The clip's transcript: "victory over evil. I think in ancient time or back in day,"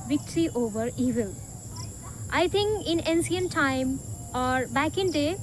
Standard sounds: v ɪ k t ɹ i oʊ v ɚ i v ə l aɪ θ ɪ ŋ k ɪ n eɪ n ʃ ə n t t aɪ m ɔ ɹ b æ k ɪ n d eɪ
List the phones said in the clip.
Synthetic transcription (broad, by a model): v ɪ k t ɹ i oʊ v ɚ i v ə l aɪ t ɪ ŋ k ɪ n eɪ n s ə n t t aɪ m ɔ ɹ b æ k ɪ n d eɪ